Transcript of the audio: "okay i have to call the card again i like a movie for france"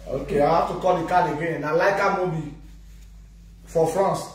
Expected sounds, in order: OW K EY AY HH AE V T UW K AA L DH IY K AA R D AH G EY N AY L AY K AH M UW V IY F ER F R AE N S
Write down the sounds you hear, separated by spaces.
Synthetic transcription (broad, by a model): OW K EY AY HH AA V T UW K AA L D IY K AA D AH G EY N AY L AY K AH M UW B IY F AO F R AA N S